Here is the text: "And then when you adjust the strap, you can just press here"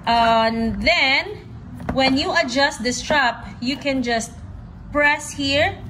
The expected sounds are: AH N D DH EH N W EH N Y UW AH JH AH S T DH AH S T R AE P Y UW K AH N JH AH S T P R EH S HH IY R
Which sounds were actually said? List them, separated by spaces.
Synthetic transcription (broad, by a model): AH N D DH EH N W EH N Y UW AH JH AH S T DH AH S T R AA P Y UW K AH N JH AH S T P R EH S HH IY R